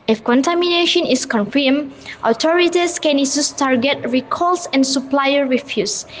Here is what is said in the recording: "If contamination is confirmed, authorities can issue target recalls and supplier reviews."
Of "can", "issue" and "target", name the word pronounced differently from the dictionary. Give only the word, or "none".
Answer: issue